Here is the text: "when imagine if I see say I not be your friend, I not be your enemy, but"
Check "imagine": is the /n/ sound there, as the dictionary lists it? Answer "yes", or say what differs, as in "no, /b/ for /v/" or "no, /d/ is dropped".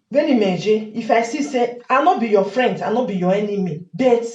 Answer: no, /n/ is dropped